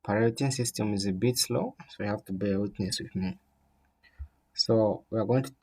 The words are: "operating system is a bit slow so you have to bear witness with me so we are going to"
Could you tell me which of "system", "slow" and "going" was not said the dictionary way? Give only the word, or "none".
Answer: none